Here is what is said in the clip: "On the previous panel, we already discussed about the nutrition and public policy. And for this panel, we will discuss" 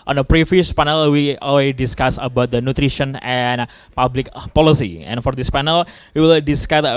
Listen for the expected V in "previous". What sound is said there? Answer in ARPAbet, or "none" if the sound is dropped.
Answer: F